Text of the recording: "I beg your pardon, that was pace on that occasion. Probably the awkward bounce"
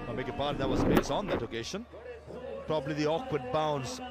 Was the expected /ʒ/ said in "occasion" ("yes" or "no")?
no